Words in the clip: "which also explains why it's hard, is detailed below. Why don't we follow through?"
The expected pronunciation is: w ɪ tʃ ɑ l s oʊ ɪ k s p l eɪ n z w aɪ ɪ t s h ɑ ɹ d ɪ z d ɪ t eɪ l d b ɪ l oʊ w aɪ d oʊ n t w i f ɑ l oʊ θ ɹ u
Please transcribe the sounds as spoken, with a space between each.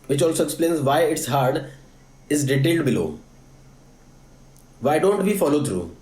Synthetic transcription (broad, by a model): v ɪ tʃ ɑ l s oʊ ɪ k s p l eɪ n z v aɪ ɪ t s h ɑ ɹ d ɪ z d ɪ t eɪ l d b ɪ l oʊ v aɪ d oʊ n t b i f ɑ l oʊ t ɹ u